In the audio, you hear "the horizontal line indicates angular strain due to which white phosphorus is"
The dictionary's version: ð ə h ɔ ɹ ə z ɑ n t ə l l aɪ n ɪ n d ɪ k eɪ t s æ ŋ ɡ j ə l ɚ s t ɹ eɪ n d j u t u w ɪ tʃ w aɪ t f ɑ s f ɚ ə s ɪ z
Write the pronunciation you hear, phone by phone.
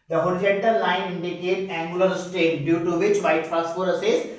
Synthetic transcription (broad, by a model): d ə h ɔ ɹ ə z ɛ n t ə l l aɪ n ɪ n d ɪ k eɪ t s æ ŋ ɡ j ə l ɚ s t eɪ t d j u t u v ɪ tʃ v aɪ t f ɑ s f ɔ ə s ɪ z